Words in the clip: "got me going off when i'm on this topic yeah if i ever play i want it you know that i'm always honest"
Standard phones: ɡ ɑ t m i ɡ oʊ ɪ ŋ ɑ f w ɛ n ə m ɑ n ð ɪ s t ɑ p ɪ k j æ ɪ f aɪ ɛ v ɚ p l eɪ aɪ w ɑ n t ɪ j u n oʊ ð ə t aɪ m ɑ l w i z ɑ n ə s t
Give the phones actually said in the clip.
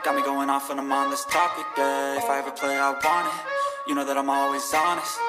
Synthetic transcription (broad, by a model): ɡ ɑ t m i ɡ oʊ ɪ ŋ ɑ f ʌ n ə m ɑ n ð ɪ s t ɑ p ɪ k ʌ ɪ f aɪ ɛ v ɚ p l eɪ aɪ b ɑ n ɪ j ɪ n oʊ ð ə t aɪ m ɑ l w i z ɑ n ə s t